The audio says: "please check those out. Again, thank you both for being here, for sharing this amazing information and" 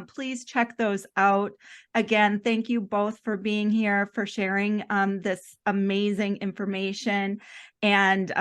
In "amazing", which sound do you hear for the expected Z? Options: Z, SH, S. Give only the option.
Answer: Z